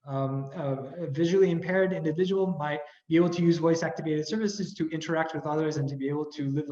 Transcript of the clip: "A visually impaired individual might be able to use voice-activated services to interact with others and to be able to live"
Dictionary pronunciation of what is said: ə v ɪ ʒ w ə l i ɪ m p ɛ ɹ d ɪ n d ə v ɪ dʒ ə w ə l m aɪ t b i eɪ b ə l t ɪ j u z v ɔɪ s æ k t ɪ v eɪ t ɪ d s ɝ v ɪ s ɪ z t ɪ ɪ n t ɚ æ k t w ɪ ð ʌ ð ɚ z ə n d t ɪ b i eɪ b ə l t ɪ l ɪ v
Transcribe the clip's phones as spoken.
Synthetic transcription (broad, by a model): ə v ɪ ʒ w l i ɪ m p ɛ ɹ d ɪ n d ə v ɪ dʒ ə w l m aɪ t b i eɪ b l t ɪ j u z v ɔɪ s æ k t ɪ v eɪ t ɪ d s ɝ v ɪ s ɪ z t ɪ ɪ n t ɚ æ k t w ɪ ð ʌ ð ɚ z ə n t ɪ b i eɪ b l t ɪ l ɪ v